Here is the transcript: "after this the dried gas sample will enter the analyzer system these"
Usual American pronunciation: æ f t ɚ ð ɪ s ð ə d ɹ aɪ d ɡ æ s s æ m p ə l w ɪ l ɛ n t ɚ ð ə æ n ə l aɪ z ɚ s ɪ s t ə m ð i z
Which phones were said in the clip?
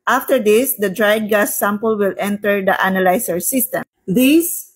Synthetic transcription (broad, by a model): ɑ f t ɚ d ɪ s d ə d ɹ aɪ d ɡ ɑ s s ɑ m p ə l w ɪ l ɛ n t ɚ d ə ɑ n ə l aɪ s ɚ s ɪ s t ə m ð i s